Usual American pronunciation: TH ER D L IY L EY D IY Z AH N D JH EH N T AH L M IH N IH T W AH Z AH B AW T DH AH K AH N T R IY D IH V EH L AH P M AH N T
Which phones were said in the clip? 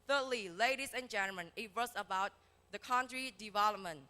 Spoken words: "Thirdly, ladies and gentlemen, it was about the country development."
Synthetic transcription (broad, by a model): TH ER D L IY L EY D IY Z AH N JH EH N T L M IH N IH T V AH S AH B AW T DH AH K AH N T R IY D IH V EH L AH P M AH N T